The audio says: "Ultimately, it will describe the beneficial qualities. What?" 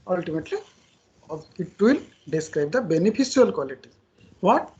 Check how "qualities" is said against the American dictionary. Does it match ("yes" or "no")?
no